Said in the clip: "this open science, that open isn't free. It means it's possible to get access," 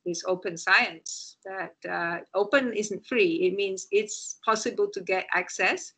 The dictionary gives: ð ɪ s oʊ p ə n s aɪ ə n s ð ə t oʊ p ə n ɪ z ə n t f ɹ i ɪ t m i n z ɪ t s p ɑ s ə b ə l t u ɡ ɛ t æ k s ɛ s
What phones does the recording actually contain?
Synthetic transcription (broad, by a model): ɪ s oʊ p ə n s aɪ ə n s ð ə t oʊ p ə n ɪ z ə n t f ɹ i ɪ t m i n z ɪ t s p ɑ s ə b ə l t u ɡ ɛ t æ k s ɛ s